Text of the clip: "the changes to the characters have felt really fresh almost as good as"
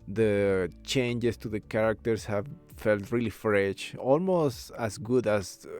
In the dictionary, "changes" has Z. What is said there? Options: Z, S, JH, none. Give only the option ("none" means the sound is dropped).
S